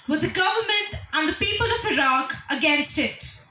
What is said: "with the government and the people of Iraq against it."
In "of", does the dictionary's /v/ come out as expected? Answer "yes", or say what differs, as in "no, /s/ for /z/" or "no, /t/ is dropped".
yes